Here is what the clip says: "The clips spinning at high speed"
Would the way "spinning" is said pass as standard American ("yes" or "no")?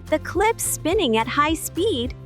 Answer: yes